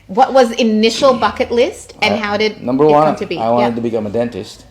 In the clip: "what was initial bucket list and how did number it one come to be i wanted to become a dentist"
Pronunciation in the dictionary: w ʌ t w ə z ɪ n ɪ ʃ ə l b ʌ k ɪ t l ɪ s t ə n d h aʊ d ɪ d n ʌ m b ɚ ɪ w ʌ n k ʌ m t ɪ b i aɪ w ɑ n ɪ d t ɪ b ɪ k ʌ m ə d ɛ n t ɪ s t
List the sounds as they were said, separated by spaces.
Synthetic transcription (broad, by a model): w ʌ t w ə z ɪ n ɪ ʃ l b ʌ k ɪ t l ɪ s t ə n h aʊ d ɪ d n ʌ m b ɚ w ʌ n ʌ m t ɪ b i aɪ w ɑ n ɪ d t ɪ b ɪ k ʌ m ə d ɛ n t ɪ s t